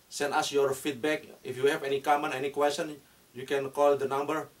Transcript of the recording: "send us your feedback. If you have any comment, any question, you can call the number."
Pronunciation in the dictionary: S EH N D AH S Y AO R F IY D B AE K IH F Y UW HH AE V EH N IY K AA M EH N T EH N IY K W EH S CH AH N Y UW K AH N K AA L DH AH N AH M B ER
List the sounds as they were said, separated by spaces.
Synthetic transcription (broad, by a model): S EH N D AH S Y AO R F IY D B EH K IH F Y UW HH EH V EH N IY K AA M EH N EH N IY K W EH S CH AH N Y UW K AH N K AA L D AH N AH M B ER